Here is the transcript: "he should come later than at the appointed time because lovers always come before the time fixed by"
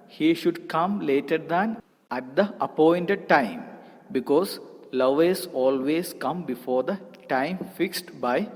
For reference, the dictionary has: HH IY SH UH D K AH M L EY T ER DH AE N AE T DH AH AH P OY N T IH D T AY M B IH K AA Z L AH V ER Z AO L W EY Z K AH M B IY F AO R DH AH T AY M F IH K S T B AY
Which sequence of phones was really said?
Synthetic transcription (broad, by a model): HH IY SH UH D K AH M L EY T ER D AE N AE T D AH AH P OY N T IH D T AY M B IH K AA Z L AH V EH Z AO L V EY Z K AH M B IY F AO R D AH T AY M F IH K S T B AY